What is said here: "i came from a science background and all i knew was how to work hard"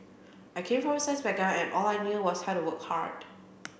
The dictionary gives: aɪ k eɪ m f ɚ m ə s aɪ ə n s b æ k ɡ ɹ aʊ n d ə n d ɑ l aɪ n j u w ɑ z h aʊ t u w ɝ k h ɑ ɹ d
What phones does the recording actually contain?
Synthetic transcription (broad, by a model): aɪ k eɪ m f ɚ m ə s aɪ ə s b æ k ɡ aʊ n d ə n ɑ l aɪ n j u w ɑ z h aʊ t u w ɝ k h ɑ ɹ d